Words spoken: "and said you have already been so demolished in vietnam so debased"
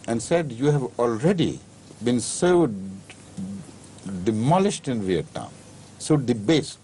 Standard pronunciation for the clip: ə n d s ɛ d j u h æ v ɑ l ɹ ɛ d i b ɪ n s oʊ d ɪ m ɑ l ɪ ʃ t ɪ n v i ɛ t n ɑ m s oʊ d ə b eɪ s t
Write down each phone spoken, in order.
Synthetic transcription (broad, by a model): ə n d s ɛ d j u h æ v ɑ l ɹ ɛ d i b ɪ n s oʊ d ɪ m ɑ l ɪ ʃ t ɪ n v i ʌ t ɑ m s oʊ d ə b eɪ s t